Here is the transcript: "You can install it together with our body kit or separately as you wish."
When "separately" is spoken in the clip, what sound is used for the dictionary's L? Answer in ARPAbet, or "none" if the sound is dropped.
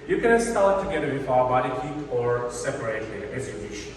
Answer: none